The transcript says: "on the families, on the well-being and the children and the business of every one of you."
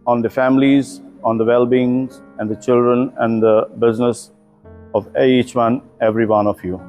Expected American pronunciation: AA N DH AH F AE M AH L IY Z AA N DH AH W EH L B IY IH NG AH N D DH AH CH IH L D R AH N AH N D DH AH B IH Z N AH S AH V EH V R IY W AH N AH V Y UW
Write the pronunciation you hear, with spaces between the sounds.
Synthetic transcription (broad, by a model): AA N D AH F AE M AH L IY Z AA N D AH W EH L B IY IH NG AH N D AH CH IH L D R AH N AH N D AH B IH Z N AH S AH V EH V R IY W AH N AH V Y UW